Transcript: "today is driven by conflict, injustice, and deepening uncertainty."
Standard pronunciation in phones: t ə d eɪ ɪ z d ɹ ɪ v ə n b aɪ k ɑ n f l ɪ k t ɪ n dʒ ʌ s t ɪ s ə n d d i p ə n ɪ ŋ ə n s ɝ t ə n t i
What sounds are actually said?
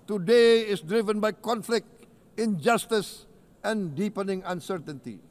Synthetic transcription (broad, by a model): t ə d eɪ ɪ s d ɹ ɪ v ə n b aɪ k ɑ n f l ɪ k t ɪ n dʒ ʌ s t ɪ s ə n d d i p ə n ɪ ŋ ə n s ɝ t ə n t i